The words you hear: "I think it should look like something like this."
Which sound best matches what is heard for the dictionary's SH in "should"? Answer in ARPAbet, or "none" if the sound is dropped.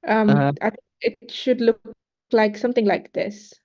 SH